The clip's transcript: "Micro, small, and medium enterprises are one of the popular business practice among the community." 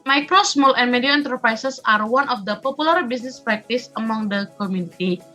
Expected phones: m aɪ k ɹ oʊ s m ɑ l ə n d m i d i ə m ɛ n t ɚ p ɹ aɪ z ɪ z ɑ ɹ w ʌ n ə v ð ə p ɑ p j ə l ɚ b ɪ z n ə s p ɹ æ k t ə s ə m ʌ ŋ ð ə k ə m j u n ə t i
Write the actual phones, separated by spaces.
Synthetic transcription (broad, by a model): m aɪ k ɹ oʊ s m ɑ l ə n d m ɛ d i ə ɛ n t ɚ p ɹ aɪ s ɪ s ɑ ɹ w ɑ n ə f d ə p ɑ p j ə l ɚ b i s n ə s p ɹ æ k t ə s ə m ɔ ŋ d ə k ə m j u n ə t i